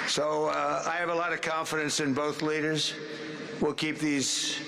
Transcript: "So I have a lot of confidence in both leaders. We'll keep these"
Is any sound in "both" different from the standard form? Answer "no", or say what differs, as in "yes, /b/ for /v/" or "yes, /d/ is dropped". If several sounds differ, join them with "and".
no